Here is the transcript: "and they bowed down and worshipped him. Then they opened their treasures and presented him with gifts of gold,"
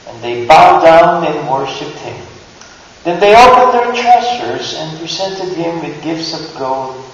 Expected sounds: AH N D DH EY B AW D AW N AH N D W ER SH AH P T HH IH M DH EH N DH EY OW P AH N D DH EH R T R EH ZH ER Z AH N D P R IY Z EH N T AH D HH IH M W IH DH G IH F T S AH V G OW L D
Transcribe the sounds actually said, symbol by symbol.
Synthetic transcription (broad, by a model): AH N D DH EY B AW D AW N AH N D W ER SH AH P T HH IH M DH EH N DH EY OW P AH N D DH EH R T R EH S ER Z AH N P R IY Z EH N T AH D HH IH M W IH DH G IH F T S AH V G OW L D